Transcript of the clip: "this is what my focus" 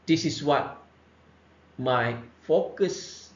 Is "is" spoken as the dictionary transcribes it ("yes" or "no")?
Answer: no